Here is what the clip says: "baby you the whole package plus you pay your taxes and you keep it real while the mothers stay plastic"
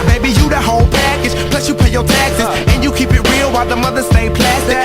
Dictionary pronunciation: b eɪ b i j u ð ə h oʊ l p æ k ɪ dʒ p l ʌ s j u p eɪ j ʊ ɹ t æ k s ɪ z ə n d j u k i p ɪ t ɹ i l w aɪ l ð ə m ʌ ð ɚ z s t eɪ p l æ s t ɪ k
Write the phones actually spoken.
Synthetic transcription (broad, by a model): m eɪ b i j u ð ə h oʊ l p æ k ɪ dʒ p l ʌ s j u p eɪ j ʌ ɹ t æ k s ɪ s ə n j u k i p ɪ t ɹ i l w aɪ l ð ə m ʌ ð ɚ s t eɪ p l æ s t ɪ